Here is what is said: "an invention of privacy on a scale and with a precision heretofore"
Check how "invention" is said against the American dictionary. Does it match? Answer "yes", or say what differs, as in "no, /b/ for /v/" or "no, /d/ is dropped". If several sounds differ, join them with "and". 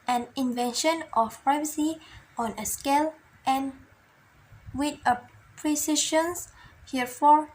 yes